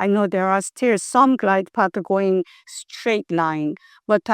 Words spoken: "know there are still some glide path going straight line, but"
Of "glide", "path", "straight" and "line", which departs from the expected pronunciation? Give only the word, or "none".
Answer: path